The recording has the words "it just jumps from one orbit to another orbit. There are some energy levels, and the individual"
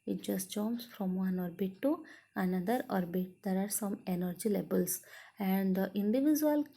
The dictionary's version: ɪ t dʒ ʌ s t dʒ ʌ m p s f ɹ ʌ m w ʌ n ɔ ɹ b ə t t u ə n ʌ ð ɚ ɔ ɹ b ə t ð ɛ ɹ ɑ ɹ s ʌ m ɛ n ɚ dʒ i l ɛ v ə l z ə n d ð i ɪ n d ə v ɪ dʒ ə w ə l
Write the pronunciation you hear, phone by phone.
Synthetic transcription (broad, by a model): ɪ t dʒ ʌ s t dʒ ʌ m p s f ɹ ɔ m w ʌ n ɔ ɹ b ə t t u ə n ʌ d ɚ ɔ ɹ b ə t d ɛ ɹ ɑ ɹ s ʌ m ɛ n ɚ dʒ i l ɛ b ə l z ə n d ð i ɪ n d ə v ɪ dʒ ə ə l